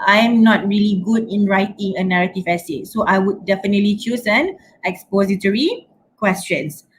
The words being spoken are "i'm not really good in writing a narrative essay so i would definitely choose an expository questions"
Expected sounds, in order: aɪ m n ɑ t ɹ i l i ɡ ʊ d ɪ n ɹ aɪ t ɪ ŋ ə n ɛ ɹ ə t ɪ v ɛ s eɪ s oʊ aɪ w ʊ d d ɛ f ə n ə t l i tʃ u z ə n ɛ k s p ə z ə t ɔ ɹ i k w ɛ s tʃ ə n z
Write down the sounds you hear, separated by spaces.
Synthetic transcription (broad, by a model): aɪ m n ɑ t ɹ i l i ɡ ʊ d ɪ n ɹ aɪ t ɪ ŋ ə n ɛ ɹ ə t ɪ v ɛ s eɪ s oʊ aɪ w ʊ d d ɛ f ə n ə t l i tʃ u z ə n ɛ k s p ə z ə t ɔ ɹ i k w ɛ s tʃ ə n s